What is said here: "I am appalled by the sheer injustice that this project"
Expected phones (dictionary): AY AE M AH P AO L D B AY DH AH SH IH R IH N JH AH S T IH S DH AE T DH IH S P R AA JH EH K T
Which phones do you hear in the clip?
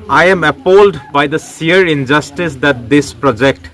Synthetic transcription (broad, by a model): AY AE M AH P AO L D B AY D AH S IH R IH N JH AH S T IH S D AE T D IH S P R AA JH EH K T